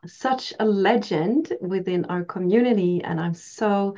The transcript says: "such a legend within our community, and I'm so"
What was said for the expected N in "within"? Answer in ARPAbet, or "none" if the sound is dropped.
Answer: N